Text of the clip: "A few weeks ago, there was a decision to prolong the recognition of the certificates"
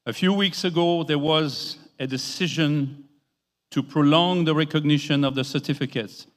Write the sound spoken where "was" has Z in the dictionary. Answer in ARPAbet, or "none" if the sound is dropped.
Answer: Z